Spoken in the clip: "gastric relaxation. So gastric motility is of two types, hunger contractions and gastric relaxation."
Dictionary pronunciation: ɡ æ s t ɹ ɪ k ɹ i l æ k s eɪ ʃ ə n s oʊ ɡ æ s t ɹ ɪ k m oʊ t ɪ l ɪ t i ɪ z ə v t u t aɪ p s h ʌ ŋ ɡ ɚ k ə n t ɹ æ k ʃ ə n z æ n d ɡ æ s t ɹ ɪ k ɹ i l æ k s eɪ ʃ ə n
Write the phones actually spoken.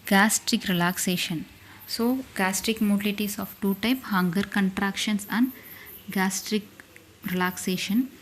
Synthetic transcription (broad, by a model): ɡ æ s t ɹ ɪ k ɹ i l æ k s eɪ ʃ ə n s oʊ ɡ æ s t ɹ ɪ k m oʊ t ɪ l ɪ t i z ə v t u t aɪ p h ʌ ŋ ɡ ɚ k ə n t ɹ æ k ʃ ə n s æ n d ɡ æ s t ɹ ɪ k ɹ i l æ k s eɪ ʃ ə n